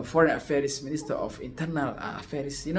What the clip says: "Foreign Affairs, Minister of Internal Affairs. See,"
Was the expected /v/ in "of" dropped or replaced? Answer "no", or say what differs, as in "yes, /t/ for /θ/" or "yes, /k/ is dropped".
yes, /f/ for /v/